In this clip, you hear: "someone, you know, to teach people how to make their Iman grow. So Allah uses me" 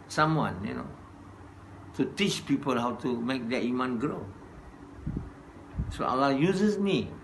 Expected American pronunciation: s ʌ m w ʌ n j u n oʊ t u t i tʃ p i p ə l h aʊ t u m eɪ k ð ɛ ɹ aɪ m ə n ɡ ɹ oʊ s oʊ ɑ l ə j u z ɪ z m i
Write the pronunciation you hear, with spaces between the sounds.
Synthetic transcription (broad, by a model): s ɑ m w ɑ n j u n oʊ t u t i tʃ p i p ə l h aʊ t u m eɪ k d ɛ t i m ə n ɡ ɹ oʊ s oʊ ɑ l ə j u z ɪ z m i